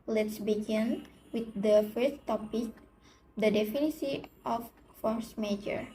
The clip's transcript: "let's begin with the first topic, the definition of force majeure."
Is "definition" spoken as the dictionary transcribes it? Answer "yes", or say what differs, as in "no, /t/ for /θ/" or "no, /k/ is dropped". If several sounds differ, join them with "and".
no, /s/ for /ʃ/ and /n/ is dropped